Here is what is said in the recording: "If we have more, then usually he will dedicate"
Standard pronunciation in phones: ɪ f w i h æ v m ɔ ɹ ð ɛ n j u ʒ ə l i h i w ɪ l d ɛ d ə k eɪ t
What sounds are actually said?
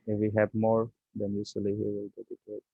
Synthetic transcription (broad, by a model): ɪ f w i h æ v m ɔ ɹ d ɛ n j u s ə l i h i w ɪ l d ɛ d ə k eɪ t